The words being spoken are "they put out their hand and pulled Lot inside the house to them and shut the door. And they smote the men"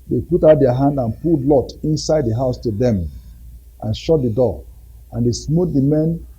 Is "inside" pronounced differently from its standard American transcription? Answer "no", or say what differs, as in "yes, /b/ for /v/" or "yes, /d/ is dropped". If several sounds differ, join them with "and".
no